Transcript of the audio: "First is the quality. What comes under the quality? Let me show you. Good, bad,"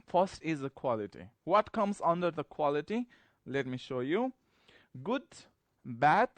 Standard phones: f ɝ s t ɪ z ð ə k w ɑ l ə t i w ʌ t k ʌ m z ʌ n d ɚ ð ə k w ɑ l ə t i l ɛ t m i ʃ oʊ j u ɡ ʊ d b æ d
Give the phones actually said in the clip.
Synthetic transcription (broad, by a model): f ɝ s t ɪ z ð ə k w ɑ l ə t i w ʌ t k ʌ m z ʌ n d ɚ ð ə k w ɑ l ə t i l ɛ t m i ʃ oʊ j u ɡ ʊ d b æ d